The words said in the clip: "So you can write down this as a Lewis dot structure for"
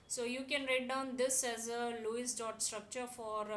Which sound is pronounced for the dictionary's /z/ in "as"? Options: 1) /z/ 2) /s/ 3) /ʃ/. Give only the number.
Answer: 1